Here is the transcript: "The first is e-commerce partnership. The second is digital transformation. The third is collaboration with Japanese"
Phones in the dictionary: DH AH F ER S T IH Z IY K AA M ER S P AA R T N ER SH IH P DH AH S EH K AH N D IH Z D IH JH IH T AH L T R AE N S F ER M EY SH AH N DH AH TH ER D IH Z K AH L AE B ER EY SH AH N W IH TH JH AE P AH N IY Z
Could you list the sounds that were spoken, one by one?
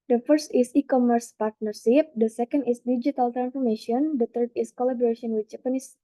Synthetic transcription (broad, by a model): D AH F ER S T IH S IY K AA M ER S P AA R T N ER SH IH P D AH S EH K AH N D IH S D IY JH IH T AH L T R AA N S F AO M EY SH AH N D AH T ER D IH S K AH L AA B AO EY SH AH N W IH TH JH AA P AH N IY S